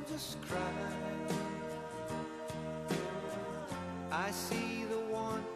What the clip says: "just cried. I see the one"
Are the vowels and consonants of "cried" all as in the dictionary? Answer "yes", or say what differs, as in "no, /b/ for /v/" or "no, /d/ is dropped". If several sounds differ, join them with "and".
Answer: no, /d/ is dropped